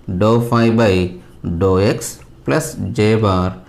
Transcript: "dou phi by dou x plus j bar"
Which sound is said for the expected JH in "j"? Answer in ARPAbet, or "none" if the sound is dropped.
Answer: JH